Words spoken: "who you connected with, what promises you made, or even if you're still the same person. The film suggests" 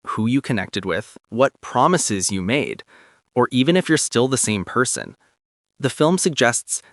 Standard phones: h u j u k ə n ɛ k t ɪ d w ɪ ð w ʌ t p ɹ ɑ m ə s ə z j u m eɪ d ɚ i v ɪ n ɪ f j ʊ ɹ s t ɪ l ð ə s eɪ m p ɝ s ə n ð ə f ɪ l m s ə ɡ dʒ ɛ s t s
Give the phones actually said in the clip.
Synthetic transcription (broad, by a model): h u j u k ə n ɛ k t ɪ d w ɪ ð w ʌ t p ɹ ɑ m ə s ə z j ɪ m eɪ d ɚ i v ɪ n ɪ f j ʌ ɹ s t ɪ l ð ə s eɪ m p ɝ s ə n ð ə f ɪ l m s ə ɡ dʒ ɛ s t s